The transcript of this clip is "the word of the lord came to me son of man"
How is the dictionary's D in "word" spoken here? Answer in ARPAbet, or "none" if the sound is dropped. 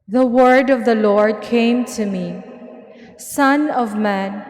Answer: D